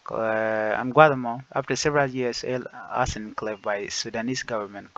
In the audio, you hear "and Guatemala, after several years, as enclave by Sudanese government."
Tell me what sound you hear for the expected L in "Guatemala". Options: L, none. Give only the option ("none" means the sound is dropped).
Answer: none